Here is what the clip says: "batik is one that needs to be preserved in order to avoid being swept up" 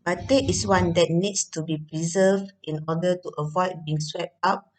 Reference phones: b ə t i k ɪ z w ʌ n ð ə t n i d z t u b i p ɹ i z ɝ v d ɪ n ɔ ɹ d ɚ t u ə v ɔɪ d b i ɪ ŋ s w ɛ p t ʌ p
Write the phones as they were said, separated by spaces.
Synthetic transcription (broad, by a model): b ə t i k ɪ s w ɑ n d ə t n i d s t u b i p ɹ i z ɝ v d ɪ n ɔ d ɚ t u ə v ɔɪ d b i ɪ ŋ s w ɛ p t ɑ p